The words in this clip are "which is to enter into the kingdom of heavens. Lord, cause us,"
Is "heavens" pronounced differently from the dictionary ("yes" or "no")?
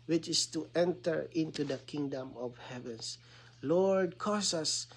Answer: yes